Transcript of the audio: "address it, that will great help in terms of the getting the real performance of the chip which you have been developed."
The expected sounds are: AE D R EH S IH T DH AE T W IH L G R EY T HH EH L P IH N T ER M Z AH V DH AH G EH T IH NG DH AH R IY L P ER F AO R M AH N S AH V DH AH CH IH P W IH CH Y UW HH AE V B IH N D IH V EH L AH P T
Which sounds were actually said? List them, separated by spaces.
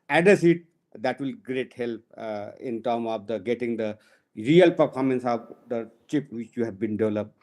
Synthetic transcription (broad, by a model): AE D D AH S IH T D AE T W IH L G R EY T HH EH L P IH N T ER M AH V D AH G EH T IH NG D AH R IY L P ER F AO R M AH N S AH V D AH CH IH P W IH CH Y UW HH AE V B IH N D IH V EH L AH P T